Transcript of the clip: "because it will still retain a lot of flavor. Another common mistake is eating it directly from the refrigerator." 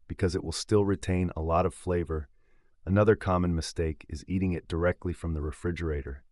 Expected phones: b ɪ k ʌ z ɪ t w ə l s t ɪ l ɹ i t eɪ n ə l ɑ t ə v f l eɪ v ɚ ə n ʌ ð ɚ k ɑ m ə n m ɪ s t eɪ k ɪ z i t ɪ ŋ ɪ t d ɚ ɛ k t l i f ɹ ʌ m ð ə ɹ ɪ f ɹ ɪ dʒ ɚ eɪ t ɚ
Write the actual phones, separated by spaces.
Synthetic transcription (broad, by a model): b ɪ k ʌ z ɪ t w ə l s t ɪ l ɹ i t eɪ n ə l ɑ t ə v f l eɪ v ɚ ə n ʌ ð ɚ k ɑ m ə n m ɪ s t eɪ k ɪ z i t ɪ ŋ ɪ t d ɚ ɛ k t l i f ɹ ʌ m ð ə ɹ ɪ f ɹ ɪ dʒ ɚ eɪ t ɚ